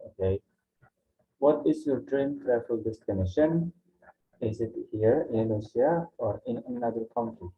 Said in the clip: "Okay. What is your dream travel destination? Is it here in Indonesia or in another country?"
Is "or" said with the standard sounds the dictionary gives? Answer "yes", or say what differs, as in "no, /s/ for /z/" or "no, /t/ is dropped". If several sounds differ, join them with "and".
yes